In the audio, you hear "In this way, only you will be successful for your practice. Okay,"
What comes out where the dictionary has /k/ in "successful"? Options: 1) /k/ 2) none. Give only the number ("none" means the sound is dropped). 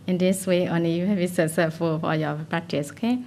2